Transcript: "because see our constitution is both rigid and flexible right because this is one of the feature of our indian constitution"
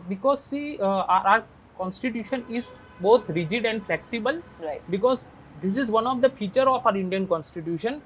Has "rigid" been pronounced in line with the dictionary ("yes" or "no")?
yes